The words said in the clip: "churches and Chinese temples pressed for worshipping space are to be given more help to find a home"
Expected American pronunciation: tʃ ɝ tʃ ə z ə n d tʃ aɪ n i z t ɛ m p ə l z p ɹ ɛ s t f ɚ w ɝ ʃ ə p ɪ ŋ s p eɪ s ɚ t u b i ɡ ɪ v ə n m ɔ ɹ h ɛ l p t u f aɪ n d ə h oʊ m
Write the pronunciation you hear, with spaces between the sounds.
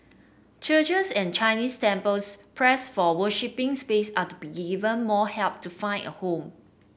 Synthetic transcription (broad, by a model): tʃ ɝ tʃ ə s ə n tʃ aɪ n i s t ɛ m p ə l s p ɹ ɛ s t f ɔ w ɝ ʃ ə p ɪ ŋ s p eɪ s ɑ t u b i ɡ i v ə n m ɔ h ɛ l p t u f aɪ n ə h oʊ m